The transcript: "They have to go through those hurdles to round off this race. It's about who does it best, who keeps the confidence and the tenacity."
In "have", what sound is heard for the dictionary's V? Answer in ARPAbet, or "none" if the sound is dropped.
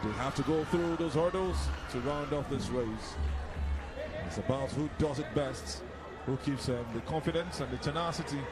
F